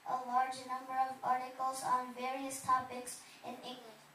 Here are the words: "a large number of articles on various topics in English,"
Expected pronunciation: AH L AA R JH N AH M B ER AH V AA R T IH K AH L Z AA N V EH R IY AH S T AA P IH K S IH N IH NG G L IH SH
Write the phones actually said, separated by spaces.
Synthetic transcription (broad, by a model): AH L AA R JH N AH M B ER AH V AA R T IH K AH L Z N V EH R IY AH S T AA P IH K S IH N IH NG G L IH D